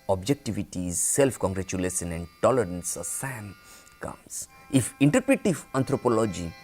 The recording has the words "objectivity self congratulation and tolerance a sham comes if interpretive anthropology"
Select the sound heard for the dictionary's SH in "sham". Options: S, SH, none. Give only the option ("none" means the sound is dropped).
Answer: S